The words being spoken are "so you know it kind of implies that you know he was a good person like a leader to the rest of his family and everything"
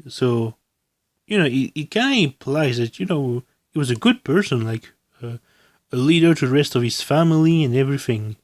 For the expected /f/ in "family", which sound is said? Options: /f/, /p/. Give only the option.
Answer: /f/